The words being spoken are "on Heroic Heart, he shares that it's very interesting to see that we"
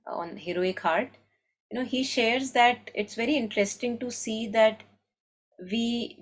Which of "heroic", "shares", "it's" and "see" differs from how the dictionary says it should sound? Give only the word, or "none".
none